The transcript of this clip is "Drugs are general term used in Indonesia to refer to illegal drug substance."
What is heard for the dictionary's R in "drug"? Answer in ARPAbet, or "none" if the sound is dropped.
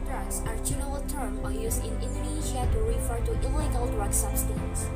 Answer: R